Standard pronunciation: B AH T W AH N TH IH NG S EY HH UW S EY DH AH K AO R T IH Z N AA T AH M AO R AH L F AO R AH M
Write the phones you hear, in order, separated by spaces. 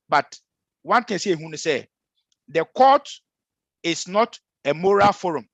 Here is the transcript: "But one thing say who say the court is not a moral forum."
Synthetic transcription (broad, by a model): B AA T W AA N T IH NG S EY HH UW S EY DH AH K AO T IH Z N AA T AH M AO R AH L F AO R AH M